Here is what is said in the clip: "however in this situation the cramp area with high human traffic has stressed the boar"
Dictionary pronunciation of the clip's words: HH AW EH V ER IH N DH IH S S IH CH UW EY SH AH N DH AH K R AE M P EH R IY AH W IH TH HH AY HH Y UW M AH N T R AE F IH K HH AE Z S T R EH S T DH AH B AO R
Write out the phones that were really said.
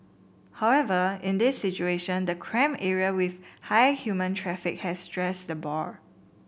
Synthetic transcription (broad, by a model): HH AW EH V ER IH N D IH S S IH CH UW EY SH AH N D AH K R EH M EH R IY AH W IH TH HH AY HH Y UW M AH N T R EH F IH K HH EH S T R EH S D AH B AO R